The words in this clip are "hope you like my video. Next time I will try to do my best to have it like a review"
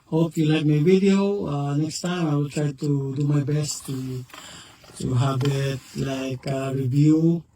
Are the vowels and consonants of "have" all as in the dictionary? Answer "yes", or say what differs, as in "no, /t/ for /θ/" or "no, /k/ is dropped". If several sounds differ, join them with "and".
no, /b/ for /v/